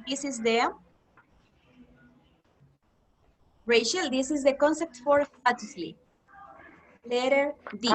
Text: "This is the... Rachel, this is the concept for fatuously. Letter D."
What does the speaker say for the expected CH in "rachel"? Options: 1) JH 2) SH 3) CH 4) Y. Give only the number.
2